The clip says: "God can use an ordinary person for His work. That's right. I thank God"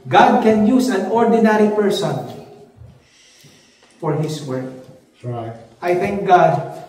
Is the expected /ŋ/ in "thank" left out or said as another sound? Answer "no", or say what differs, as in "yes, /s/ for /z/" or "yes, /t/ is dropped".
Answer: no